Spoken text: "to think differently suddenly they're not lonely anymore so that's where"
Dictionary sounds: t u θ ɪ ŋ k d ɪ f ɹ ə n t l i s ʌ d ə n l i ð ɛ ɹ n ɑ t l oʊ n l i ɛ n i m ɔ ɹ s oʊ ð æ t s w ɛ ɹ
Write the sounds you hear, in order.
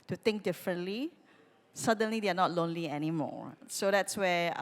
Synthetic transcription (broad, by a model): t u t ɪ ŋ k d ɪ f ɹ ə n t l i s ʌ d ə n l i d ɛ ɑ n ɑ t l oʊ n l i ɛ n i m ɔ s oʊ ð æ t s w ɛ